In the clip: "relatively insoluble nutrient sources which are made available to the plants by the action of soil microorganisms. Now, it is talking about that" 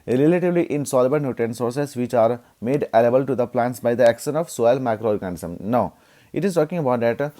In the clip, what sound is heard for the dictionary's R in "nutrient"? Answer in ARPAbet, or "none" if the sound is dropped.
none